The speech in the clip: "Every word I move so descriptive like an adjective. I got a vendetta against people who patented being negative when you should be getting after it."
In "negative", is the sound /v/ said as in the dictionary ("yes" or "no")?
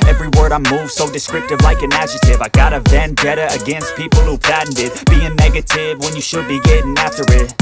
yes